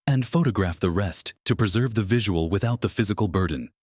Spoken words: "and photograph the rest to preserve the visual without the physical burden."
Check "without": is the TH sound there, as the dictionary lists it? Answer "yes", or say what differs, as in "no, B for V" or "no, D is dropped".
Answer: yes